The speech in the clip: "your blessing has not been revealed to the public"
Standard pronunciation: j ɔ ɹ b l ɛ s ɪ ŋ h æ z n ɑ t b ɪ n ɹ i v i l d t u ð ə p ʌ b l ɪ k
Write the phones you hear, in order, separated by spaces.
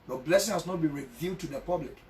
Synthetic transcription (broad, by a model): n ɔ b l ɛ s ɪ ŋ h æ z n ɑ t b ɪ n ɹ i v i d t u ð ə p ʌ b l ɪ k